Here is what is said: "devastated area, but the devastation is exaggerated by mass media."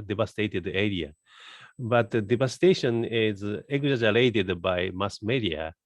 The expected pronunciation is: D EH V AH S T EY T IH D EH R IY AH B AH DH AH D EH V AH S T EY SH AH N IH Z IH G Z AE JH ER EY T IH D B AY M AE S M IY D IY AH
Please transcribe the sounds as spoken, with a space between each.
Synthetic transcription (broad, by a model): D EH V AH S T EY T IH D EH R IY AH B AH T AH D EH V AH S T EY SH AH N IH Z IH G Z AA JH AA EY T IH D B AY M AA S M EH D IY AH